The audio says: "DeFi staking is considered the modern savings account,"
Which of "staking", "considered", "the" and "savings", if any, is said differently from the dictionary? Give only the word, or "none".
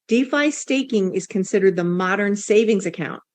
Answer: none